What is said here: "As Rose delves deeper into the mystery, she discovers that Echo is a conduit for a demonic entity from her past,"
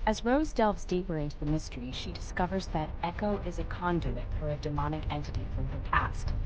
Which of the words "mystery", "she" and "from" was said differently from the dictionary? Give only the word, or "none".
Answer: none